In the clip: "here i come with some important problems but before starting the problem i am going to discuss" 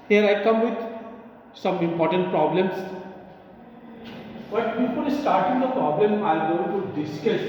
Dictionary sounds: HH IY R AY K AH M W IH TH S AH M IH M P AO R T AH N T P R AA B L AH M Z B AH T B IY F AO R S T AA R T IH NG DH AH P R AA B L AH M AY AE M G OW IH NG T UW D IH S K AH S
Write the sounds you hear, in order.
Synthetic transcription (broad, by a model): HH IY R AY K AH M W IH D S AH M IH M P AO R T AH N T P R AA B L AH M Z B AH T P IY P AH L S T AA R T IH NG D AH P R AA B L AH M AY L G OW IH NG T UW D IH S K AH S